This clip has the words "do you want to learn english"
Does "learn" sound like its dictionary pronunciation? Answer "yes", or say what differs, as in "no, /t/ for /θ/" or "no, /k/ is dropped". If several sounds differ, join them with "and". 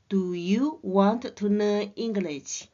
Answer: no, /n/ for /l/ and /n/ is dropped